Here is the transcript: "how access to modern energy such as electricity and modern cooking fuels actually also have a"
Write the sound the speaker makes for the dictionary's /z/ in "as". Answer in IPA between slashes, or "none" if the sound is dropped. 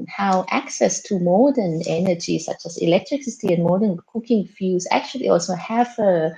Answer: /s/